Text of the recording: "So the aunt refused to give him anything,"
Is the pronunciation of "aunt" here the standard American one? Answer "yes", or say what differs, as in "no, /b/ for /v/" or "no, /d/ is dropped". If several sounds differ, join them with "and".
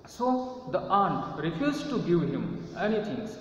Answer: yes